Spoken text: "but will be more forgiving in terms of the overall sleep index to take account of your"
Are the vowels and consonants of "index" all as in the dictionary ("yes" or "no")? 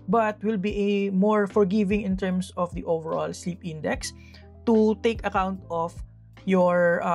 yes